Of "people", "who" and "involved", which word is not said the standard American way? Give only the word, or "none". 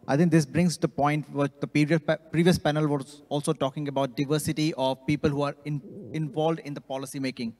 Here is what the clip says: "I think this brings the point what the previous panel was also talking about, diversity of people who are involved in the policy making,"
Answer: none